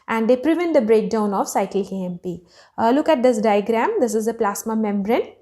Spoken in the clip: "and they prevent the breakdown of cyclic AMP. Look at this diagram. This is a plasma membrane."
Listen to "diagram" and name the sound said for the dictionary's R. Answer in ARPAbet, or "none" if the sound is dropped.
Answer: R